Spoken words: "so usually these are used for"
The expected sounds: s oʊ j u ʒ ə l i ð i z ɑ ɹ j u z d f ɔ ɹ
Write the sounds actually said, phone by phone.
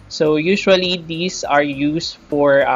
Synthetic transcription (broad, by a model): s oʊ j u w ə l i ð i s ɑ ɹ j u s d f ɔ ɹ